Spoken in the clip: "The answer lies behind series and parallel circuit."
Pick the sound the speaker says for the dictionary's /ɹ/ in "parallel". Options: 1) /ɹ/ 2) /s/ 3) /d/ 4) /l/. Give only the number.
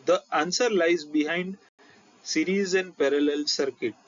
1